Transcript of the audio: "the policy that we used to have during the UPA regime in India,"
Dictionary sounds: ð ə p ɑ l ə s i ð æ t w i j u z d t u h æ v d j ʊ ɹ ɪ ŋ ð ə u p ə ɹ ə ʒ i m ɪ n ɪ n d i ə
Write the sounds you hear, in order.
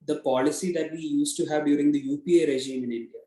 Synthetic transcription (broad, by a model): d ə p ɑ l ə s i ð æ t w i j u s t u h æ v d j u ɹ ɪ ŋ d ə u p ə ɹ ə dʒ i m ɪ n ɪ n d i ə